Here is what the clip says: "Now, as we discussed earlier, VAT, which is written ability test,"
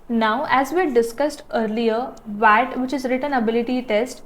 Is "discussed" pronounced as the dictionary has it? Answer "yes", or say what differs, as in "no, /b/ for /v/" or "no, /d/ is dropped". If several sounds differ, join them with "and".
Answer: yes